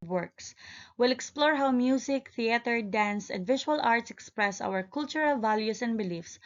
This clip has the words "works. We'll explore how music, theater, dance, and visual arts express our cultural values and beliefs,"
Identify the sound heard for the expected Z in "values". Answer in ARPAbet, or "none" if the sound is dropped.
S